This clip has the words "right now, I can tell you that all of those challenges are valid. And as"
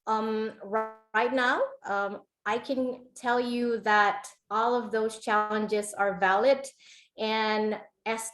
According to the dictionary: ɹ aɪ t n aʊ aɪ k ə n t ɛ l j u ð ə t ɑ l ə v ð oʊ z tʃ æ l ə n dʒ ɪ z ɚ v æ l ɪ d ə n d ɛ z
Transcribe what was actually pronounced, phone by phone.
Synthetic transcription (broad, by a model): ɹ aɪ t n aʊ aɪ k ə n t ɛ l j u ð ə t ɑ l ə v ð oʊ z tʃ æ l ə n dʒ ɪ z ɚ v æ l ɪ d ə n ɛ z